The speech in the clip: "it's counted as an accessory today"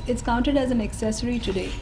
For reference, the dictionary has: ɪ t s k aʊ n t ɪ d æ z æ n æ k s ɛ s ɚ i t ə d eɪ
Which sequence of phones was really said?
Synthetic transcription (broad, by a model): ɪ t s k aʊ n t ɪ d æ z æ n æ k s ɛ s ɚ i t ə d eɪ